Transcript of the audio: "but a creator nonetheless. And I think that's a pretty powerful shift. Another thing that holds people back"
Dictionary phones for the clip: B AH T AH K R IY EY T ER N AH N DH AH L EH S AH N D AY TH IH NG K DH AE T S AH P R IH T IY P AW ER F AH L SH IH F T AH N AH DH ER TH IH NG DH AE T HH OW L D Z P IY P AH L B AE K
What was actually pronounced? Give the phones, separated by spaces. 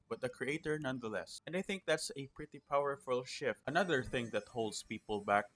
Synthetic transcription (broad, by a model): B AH T AH K R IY EY T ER N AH N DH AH L EH S AH N D AY TH IH NG K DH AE T S AH P R IH T IY P AW ER F AH L SH IH F T AH N AH DH ER TH IH NG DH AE T HH OW L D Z P IY P AH L B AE K